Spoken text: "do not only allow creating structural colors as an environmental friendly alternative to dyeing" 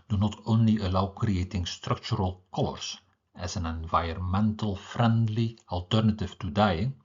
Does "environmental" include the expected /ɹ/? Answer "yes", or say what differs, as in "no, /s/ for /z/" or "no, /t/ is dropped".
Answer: no, /ɹ/ is dropped